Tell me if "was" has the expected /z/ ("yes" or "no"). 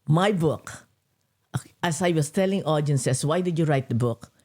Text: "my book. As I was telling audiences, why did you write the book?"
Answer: no